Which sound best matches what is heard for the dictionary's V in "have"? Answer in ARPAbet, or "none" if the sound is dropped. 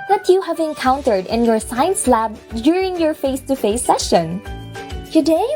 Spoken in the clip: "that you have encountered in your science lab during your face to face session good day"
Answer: V